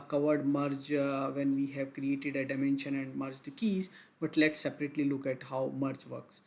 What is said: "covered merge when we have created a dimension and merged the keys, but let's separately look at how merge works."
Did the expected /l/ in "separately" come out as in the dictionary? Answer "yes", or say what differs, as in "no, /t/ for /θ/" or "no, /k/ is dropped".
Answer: yes